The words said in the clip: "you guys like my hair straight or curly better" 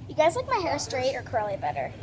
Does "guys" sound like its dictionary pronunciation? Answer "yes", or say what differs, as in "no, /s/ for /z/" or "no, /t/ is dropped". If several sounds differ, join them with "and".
yes